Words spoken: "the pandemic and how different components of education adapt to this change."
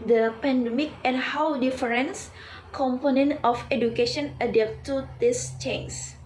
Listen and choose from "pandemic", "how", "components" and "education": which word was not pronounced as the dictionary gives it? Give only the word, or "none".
components